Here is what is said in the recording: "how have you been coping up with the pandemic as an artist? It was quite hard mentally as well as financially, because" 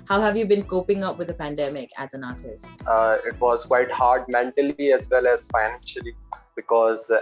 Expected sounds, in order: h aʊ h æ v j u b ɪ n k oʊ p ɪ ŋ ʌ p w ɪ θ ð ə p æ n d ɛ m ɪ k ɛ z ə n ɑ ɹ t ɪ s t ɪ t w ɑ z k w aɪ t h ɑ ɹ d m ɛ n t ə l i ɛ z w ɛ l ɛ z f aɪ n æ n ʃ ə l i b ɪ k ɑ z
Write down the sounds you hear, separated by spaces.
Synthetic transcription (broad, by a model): h aʊ h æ v j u b ɪ n k oʊ p ɪ ŋ ʌ p w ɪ ð ə p æ n d ɛ m ɪ k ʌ z ə n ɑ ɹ t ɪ s t ɪ t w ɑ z k w aɪ t h ɑ ɹ d m ɛ n t ə l i ɛ z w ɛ l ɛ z f aɪ n æ n ʃ ə l i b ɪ k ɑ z